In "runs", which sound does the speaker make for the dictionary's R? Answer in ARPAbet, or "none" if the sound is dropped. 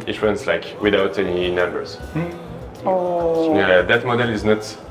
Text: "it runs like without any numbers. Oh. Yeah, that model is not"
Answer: W